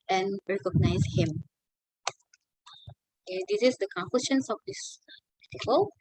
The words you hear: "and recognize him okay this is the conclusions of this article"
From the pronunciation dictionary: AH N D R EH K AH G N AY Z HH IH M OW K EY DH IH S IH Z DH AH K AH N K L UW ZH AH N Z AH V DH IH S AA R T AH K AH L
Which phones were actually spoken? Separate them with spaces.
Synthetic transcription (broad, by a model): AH N R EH K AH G N AY S HH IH M OW K EY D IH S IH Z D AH K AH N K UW SH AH N S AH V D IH S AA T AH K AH L